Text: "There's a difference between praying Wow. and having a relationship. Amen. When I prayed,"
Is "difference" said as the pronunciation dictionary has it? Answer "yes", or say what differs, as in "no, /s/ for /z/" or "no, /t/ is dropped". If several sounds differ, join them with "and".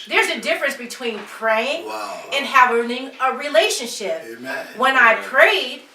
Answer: yes